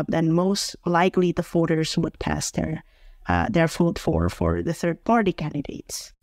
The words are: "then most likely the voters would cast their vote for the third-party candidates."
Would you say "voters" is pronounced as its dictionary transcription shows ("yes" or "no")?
no